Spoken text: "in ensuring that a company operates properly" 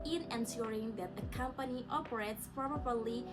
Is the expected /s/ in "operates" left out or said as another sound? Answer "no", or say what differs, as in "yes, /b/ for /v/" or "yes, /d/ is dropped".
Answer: no